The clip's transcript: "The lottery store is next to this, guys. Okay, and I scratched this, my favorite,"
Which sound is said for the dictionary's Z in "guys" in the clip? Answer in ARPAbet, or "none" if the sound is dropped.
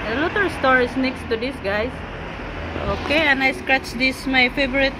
S